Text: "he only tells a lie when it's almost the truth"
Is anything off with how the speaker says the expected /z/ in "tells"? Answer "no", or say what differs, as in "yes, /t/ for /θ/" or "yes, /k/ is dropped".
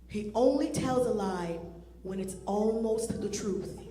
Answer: no